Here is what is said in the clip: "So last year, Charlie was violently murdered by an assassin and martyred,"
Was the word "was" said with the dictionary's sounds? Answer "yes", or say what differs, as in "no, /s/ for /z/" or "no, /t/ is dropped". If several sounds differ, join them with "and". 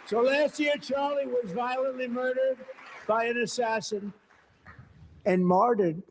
yes